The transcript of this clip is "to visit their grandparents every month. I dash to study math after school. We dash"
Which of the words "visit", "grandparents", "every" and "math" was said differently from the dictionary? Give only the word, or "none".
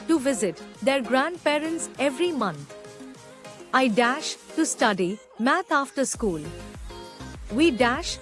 math